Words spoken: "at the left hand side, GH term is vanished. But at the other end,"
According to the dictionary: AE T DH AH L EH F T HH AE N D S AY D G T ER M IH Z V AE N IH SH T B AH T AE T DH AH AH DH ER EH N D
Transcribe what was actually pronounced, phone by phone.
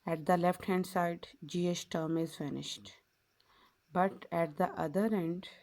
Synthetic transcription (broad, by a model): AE T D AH L EH F T HH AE N D S AY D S T ER M IH Z F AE N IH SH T B AH T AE T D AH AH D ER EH N D